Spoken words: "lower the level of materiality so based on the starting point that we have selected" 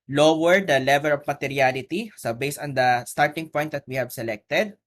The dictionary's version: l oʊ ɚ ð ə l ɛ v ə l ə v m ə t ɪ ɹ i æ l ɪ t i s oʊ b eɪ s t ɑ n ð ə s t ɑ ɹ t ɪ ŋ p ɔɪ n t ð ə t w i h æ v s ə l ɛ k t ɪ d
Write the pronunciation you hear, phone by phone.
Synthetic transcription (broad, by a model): l oʊ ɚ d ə l ɛ v ə l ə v m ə t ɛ ɹ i l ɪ t i s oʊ b eɪ s ɑ n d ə s t ɑ ɹ t ɪ ŋ p ɔɪ n t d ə t w i h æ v s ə l ɛ k t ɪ d